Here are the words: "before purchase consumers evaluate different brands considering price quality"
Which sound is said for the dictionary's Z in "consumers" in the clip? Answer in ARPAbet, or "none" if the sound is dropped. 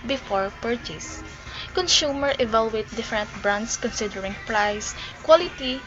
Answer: none